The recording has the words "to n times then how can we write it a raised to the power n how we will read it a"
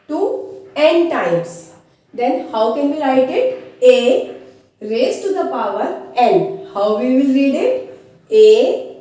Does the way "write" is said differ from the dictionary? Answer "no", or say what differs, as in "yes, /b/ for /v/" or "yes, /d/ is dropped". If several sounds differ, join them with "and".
yes, /l/ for /ɹ/